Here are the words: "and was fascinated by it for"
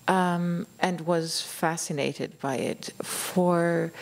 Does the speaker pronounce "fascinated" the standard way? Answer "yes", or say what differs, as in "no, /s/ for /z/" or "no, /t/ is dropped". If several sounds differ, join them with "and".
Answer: yes